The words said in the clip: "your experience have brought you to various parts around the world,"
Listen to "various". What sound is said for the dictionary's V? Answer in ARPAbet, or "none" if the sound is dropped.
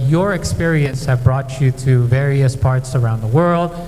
V